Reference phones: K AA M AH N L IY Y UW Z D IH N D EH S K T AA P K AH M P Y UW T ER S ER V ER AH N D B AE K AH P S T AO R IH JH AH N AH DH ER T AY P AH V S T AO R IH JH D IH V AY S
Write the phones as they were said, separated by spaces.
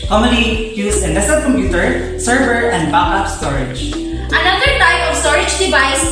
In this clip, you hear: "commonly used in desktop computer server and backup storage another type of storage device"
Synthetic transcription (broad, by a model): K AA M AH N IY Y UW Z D IH N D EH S T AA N K AH M P Y UW T ER S ER V ER AH N D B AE AH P S T AO R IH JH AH N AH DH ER T AY P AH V S T AO R IH JH D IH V AY S